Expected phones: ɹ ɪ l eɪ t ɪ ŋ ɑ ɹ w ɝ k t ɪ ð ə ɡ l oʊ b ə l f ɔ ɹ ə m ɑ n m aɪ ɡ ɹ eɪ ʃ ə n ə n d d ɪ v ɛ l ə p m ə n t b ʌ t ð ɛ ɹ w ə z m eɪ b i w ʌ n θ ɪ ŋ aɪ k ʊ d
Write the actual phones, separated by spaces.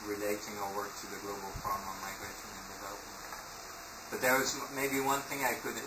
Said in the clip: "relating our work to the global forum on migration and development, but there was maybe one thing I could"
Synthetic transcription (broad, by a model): ɹ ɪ l eɪ t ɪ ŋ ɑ w ɝ k t ɪ ð ə ɡ l oʊ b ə l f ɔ ɹ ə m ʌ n m aɪ ɡ ɹ eɪ ʃ ə n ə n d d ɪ v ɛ l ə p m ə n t b ʌ t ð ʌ ɹ w ə z m eɪ b i w ʌ n θ ɪ ŋ aɪ k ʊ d